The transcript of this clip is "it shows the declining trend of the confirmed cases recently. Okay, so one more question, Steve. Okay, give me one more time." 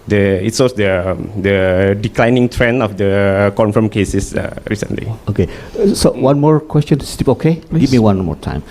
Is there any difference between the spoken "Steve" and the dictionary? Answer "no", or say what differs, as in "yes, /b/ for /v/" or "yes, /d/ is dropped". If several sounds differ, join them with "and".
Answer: yes, /p/ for /v/